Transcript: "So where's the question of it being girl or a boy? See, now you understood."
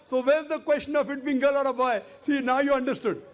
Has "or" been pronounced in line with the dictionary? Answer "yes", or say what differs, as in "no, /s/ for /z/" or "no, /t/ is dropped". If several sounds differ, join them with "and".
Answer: yes